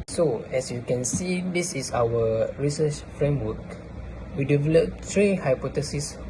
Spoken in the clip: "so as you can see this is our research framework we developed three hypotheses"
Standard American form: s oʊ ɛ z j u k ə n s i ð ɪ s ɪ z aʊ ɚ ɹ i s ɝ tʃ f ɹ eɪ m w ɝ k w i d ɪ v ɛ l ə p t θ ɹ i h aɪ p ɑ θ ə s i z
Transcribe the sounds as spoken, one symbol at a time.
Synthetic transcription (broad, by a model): s oʊ ɛ s j u k ə n s i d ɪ s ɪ s aʊ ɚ ɹ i s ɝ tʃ f ɹ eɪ m w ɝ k w i d ɪ v ɛ l ə p t ɹ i h aɪ p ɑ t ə s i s